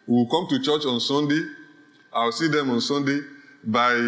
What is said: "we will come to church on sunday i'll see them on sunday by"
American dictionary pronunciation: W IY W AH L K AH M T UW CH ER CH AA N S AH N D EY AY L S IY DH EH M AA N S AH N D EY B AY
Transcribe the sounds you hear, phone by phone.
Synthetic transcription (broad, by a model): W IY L K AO M T UW CH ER CH AA N S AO N D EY AY W S IY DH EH M AA N S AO N D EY B AY